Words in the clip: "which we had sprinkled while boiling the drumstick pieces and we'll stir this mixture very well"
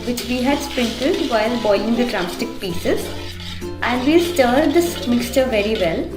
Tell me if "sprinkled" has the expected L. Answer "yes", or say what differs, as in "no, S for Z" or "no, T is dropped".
no, L is dropped